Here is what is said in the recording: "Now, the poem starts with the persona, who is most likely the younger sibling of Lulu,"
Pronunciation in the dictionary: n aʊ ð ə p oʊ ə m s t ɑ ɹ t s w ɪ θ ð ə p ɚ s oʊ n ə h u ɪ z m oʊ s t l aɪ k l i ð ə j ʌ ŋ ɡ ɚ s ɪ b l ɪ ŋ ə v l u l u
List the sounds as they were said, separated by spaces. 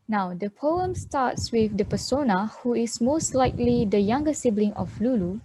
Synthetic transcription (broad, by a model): n aʊ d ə p oʊ ə m s t ɑ t s w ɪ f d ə p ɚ s oʊ n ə h u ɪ s m oʊ s t l aɪ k l i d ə j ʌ ŋ ɡ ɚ s ɪ b l ɪ ŋ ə f l u l u